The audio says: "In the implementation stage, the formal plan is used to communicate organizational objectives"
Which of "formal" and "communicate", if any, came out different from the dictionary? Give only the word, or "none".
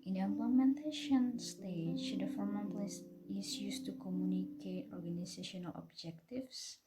formal